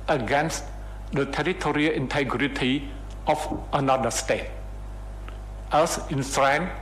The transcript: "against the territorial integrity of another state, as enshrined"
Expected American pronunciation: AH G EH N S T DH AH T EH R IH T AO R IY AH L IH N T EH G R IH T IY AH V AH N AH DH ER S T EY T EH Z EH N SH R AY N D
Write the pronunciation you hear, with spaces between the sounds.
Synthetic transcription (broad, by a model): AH G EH N S T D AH T EH R IH T AO R IY AH L IH N T EH G R IH T IY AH F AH N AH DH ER S T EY T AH S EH N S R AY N